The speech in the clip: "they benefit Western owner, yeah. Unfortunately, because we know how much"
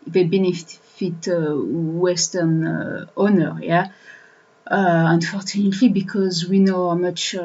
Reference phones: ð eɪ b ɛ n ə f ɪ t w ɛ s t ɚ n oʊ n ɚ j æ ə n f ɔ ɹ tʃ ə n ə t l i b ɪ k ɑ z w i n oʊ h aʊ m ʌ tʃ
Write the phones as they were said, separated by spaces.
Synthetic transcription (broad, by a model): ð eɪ b ɛ n ə f ɪ t w ɛ s t ɚ n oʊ n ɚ j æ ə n f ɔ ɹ tʃ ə n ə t l i b ɪ k ɑ z w i n oʊ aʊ m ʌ tʃ